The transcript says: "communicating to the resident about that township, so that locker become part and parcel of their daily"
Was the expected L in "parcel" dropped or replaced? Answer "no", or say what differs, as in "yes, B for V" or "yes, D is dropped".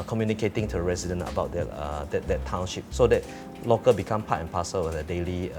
yes, W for L